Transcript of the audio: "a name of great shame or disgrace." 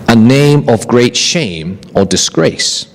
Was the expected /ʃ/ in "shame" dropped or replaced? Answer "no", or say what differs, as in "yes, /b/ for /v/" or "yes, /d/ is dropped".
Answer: no